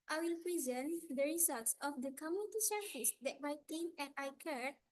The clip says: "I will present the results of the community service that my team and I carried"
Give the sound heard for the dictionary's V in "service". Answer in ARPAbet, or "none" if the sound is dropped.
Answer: F